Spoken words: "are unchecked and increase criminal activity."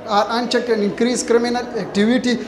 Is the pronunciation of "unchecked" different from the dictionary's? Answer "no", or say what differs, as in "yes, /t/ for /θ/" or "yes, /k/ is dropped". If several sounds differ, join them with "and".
yes, /t/ is dropped